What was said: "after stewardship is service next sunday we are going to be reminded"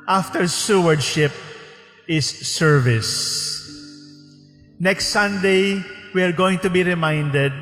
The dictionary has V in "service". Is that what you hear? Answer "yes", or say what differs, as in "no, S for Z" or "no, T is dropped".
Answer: yes